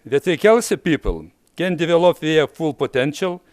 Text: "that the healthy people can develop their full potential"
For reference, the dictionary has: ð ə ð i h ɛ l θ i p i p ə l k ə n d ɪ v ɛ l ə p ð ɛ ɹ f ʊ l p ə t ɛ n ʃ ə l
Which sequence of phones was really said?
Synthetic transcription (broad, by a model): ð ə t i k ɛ l s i p i p ə l k ə n d ɪ v ɛ l ə p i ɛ f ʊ l p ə t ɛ n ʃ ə l